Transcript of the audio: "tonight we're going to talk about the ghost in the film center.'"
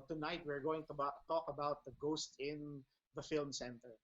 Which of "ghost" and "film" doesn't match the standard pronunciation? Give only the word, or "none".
none